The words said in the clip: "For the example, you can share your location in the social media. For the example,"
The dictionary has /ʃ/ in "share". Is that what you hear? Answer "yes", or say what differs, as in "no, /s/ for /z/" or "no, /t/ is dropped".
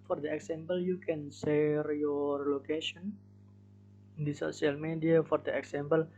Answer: no, /s/ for /ʃ/